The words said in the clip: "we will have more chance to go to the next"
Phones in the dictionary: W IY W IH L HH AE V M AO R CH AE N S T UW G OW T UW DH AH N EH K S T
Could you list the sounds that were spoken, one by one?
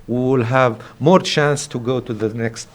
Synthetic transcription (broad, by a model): W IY W IH L HH AE V M AO R CH AE N S T UW G OW T UW DH AH N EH K S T